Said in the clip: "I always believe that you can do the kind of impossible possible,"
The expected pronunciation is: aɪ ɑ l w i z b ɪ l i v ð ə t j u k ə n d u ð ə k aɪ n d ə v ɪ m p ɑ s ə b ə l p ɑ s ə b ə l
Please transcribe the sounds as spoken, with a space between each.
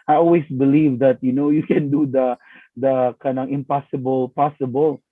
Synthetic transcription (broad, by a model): aɪ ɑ l w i s b ɪ l i v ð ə t j u k ə n d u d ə k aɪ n ə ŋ ɪ m p ɑ s ə b ə l p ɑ s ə b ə l